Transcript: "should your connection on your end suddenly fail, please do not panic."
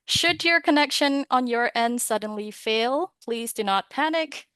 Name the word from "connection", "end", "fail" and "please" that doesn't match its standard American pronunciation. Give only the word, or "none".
none